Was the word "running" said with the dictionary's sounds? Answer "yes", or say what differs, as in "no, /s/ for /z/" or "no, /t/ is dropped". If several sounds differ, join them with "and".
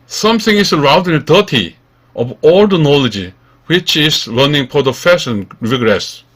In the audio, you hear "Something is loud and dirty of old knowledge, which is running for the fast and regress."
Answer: no, /l/ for /ɹ/